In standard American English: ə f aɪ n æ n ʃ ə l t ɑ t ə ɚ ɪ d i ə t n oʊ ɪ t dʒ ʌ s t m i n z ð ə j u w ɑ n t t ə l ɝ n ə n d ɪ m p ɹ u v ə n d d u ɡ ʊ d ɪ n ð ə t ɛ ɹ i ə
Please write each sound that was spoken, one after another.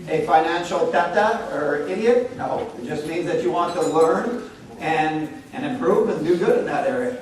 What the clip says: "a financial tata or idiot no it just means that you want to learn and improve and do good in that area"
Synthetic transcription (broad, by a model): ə f aɪ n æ n ʃ l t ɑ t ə ɚ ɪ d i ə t n oʊ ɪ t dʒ ʌ s t m i n z ð ə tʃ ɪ w ɑ n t t ə l ɝ n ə n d ɪ m p ɹ u v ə n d d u ɡ ʊ d ɪ n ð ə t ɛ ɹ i